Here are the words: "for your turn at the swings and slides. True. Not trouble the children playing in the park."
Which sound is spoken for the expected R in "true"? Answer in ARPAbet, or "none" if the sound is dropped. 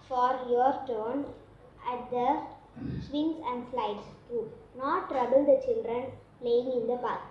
none